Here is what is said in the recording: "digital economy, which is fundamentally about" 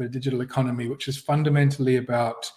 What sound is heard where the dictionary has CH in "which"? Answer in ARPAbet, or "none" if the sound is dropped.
CH